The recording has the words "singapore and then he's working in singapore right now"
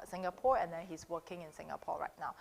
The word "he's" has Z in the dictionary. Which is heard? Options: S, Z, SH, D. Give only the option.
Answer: S